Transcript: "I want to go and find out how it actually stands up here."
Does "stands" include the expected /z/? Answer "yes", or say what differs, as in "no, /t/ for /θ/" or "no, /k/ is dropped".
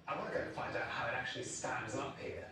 yes